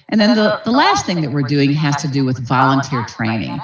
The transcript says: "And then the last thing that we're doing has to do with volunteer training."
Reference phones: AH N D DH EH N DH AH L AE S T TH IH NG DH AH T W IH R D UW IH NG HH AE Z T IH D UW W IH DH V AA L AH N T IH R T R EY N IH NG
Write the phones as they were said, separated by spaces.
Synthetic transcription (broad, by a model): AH N DH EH N DH AH L AE S T TH IH NG DH AH T W IH R D UW IH NG HH AE Z T IH D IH W IH DH V AA L AH N T IH R T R EY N IH NG